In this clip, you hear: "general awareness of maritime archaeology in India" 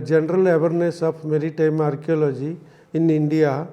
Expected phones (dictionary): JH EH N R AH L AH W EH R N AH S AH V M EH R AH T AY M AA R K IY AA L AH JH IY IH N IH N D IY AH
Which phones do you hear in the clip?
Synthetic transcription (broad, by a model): JH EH N R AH L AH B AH R N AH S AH P M EH R AH T AY M AA R K IY AA L AH JH IY IH N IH N D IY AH